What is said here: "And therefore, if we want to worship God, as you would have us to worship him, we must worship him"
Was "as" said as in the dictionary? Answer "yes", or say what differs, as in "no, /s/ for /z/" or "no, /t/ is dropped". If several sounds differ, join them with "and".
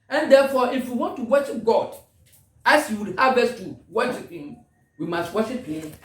no, /s/ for /z/